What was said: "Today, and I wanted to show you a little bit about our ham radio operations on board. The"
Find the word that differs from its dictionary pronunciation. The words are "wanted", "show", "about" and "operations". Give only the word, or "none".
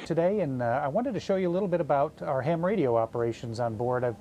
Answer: none